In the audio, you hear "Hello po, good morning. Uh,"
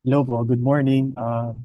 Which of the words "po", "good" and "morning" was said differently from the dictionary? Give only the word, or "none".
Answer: po